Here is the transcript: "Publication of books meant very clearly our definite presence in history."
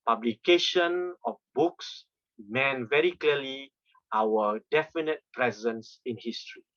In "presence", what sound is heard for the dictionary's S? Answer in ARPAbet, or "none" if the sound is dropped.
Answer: S